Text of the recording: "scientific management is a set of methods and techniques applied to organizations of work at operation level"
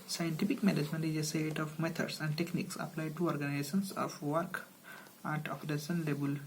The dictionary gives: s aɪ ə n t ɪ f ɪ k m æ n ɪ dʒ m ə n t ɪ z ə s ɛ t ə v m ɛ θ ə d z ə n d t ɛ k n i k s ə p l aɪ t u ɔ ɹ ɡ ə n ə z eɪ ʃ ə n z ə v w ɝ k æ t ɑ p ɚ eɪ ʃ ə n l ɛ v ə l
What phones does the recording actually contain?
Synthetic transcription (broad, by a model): s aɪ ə n t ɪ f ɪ k m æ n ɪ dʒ m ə n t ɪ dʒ ə s ɛ t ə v m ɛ t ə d s ə n d t ɛ k n i k s ə p l aɪ t u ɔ ɹ ɡ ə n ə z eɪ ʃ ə n s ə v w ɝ k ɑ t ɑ f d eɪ s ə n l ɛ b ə l